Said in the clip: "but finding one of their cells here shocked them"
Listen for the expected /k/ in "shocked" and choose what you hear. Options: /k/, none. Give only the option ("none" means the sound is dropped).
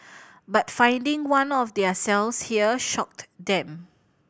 /k/